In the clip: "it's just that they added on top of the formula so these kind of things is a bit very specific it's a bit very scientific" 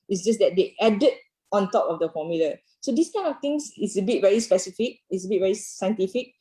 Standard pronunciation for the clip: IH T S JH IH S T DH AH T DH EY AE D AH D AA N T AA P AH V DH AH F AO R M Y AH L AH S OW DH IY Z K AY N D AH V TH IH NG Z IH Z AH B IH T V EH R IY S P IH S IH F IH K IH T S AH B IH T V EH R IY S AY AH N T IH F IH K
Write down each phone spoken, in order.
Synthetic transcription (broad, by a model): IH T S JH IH S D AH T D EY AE D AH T AA N T AA P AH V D AH F AO M Y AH L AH S OW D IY S K AY N AH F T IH NG S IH S AH B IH T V EH R IY S P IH S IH F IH K IH T S AH B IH T V EH R IY S AY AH N T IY F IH K